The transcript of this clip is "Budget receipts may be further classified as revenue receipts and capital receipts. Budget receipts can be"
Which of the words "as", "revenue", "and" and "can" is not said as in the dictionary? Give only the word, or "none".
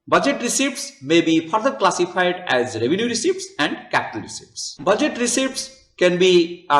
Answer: none